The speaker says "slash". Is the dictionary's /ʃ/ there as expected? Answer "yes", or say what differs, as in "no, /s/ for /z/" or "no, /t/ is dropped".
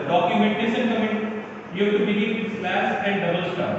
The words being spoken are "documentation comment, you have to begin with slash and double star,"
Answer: no, /s/ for /ʃ/